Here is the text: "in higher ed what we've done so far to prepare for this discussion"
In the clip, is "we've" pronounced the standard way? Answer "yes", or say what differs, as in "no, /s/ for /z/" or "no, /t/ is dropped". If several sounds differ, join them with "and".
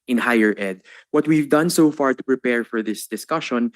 yes